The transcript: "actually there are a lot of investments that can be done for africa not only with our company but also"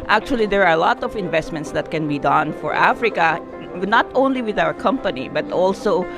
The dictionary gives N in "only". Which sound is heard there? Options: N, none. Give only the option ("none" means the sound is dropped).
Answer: N